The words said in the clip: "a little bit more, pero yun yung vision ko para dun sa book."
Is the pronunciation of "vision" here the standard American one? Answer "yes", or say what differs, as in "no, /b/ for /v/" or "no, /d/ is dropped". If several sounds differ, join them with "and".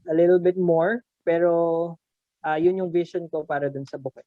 no, /s/ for /ʒ/